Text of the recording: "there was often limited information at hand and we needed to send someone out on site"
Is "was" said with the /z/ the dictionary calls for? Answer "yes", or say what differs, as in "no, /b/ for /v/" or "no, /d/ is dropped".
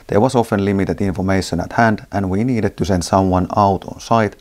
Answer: no, /s/ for /z/